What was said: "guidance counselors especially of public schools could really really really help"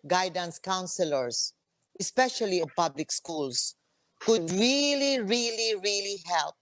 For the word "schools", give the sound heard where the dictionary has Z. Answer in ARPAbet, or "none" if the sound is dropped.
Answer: S